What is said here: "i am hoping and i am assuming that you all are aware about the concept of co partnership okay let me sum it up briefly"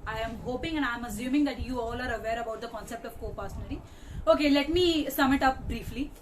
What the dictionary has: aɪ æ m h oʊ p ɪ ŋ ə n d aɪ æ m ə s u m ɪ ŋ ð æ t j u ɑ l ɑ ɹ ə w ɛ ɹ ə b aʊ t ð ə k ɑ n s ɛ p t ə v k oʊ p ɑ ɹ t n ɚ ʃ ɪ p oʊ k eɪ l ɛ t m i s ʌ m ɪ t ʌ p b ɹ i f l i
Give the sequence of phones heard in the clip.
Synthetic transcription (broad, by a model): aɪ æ m h oʊ p ɪ ŋ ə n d aɪ m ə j u m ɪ ŋ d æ t j u ɑ l ɑ ɹ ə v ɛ ɹ ə b aʊ t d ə k ɑ n s ɛ p t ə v k oʊ p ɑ ɹ s n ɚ i oʊ k eɪ l ɛ t m i s ʌ m ɪ t ʌ p b ɹ i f l i